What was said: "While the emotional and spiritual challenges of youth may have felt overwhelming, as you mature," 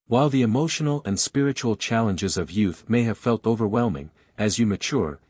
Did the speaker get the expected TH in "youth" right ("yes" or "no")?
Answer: yes